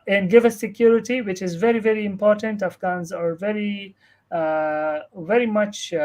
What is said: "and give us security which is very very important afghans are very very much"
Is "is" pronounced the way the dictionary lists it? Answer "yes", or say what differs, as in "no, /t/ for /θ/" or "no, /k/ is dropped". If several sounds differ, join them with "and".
yes